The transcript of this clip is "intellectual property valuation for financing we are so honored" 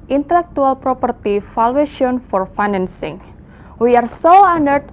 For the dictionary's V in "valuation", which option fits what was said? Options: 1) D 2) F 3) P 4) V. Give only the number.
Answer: 2